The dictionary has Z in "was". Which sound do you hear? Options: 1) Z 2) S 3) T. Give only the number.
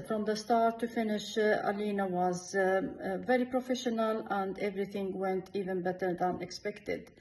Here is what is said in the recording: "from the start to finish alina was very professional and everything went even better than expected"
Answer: 1